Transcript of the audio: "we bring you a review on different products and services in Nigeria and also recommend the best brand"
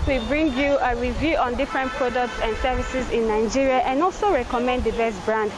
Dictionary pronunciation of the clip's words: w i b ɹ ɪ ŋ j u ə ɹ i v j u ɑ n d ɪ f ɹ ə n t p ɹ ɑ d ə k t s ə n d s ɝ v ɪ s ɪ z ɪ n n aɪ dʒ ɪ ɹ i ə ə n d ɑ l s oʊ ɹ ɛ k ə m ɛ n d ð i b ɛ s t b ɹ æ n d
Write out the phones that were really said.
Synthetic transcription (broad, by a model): w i b ɹ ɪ ŋ j u ə ɹ i v j u ɑ n d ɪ f ɹ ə n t p ɹ ɑ d ə k t s ə n d s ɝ v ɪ s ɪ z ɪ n n aɪ dʒ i ɹ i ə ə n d ɑ l s oʊ ɹ ɛ k ə m ɛ n d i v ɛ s b ɹ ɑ n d